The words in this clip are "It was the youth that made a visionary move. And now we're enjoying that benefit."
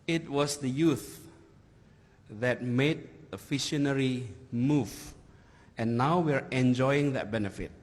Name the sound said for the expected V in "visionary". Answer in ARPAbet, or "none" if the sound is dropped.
F